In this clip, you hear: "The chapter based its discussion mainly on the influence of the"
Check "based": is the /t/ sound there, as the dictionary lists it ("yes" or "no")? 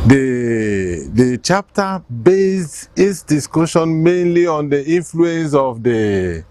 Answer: no